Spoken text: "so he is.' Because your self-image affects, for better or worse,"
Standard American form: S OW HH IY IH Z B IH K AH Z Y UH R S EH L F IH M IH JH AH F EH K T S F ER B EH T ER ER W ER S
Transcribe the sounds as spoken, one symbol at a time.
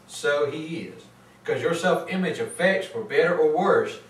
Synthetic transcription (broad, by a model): S OW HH IY IH Z K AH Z Y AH R S EH L F IH M IH JH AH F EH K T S F ER B EH T ER ER W ER S